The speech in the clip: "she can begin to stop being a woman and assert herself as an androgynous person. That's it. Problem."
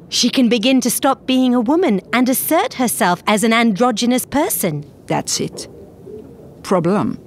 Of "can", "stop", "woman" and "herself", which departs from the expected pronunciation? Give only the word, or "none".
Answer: none